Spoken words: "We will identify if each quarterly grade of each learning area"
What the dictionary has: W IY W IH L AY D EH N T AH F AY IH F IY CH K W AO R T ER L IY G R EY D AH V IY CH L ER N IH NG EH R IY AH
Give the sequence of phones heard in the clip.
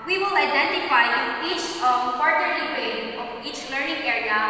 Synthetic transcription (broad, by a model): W IY W IH L AY D EH N T AH F AY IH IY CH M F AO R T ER IY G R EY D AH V IY CH L ER N IH NG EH R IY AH